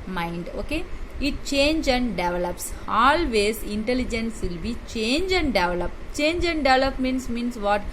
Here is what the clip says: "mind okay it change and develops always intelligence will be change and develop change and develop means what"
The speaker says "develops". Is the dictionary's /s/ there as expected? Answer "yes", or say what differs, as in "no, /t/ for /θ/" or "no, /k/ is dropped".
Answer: yes